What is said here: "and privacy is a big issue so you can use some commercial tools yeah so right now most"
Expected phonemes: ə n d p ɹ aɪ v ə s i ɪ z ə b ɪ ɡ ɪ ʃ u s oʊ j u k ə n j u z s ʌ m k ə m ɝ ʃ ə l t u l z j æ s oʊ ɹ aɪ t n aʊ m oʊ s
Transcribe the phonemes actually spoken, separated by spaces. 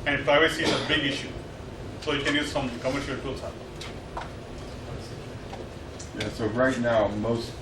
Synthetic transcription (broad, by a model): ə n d p ɹ aɪ v ə s i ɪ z ə b ɪ ɡ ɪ ʃ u s oʊ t k ə n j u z s ʌ m k ə m ɝ ʃ ə l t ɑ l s j æ s oʊ ɹ aɪ t n aʊ m oʊ s